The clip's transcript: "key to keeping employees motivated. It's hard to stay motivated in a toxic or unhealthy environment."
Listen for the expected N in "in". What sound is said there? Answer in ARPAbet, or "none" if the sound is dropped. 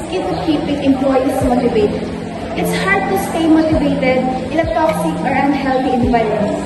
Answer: L